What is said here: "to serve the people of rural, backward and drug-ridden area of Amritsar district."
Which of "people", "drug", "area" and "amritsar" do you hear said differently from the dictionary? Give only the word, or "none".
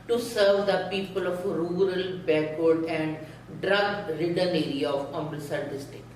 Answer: amritsar